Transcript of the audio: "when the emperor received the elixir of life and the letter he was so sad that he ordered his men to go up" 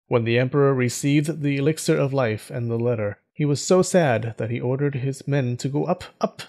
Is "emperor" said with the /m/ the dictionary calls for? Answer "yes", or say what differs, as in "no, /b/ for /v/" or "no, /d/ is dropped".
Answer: yes